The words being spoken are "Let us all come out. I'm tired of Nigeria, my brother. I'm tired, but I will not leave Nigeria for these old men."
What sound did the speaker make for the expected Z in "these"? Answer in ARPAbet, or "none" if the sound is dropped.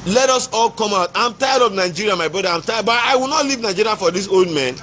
S